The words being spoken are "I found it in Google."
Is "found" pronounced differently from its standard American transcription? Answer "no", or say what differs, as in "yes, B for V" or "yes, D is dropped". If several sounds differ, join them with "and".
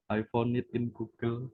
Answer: yes, D is dropped